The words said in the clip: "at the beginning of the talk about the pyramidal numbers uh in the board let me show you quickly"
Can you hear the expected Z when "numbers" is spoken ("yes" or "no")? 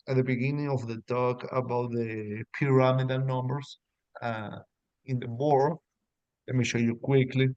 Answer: no